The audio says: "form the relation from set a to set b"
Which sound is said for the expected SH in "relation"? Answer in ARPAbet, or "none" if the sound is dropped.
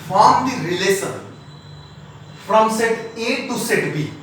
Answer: S